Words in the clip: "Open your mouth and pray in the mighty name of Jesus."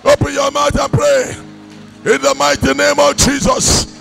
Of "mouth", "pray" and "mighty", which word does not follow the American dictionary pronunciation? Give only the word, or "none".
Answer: mouth